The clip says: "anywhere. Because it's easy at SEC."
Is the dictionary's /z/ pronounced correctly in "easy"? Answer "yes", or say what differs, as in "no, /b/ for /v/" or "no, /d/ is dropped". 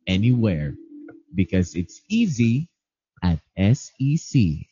yes